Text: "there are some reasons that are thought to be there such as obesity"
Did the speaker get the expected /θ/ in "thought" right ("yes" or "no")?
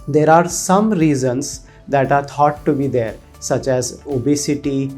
no